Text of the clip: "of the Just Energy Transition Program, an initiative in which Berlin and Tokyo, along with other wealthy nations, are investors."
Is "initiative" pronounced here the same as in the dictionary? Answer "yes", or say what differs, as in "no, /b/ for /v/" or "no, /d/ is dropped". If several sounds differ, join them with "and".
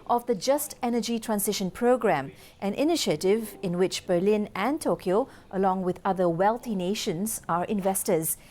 yes